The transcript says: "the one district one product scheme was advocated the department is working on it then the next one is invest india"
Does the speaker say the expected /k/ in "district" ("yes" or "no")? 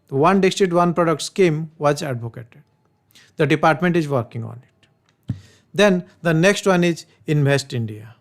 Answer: no